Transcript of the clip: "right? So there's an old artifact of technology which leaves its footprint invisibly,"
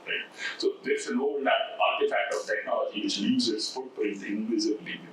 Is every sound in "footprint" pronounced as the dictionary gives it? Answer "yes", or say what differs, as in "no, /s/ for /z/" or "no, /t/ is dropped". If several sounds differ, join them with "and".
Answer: no, /ɹ/ is dropped